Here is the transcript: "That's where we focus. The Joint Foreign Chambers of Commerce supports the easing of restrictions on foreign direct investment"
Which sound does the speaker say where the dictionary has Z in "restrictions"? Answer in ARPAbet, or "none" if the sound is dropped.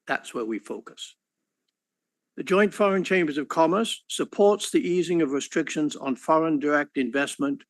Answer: Z